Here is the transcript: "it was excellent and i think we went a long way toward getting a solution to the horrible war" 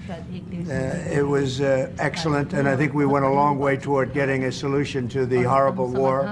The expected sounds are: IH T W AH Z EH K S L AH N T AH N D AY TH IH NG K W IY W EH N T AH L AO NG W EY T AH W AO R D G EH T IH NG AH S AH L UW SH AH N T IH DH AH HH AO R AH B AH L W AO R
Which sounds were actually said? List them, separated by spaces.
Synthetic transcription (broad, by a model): IH T W AH Z EH K S L AH N T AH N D AY TH IH NG K W IY W EH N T AH L AO NG W EY T AH W AO R D G EH T IH NG AH S AH L UW SH AH N T IH DH AH HH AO R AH B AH L W AO R